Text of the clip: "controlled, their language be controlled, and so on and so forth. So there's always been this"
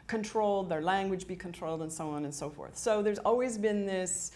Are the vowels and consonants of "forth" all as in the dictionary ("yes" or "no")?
yes